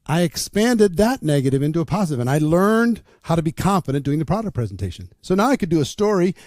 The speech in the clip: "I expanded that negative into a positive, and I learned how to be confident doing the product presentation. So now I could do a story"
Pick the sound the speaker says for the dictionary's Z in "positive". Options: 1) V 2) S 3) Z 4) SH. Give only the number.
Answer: 3